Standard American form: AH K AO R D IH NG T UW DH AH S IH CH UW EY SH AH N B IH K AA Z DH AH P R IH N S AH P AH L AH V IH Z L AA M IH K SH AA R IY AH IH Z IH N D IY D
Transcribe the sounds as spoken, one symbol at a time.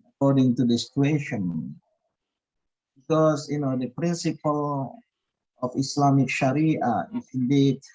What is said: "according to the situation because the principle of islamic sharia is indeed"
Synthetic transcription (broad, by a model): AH K AO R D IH NG T UW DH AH S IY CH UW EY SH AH N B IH K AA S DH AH P R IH N S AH P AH L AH F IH S L AA M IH K SH AA R IY AH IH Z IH N D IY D